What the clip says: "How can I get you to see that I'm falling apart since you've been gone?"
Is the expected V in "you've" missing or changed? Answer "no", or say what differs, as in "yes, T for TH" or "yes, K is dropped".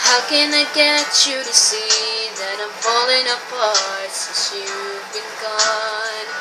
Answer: yes, W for V